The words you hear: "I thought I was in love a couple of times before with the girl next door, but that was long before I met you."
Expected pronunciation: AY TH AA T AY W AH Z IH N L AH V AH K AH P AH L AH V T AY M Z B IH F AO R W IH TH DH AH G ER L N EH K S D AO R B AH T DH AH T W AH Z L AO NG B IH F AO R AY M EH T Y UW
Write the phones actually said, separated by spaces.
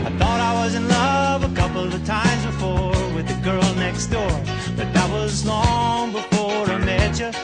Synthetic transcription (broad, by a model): AY TH AA T AY W AH Z IH N L AH V AH K AH P L AH V T AY M Z B IH F AO R W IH DH AH G ER L N EH K S D AO R B AH T DH AH T W AH Z L AO NG B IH F AO R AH M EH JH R